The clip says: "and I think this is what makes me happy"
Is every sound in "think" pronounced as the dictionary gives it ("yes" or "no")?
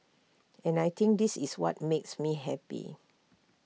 no